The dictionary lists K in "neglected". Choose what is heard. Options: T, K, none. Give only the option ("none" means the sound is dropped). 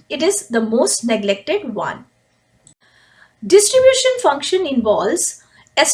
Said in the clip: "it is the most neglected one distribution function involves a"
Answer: K